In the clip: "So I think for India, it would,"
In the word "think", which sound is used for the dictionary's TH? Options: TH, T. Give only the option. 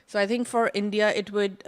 T